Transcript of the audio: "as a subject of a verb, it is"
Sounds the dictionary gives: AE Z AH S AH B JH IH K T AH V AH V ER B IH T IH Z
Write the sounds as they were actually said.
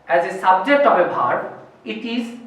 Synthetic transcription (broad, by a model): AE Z AH S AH B JH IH K T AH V AH B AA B IH T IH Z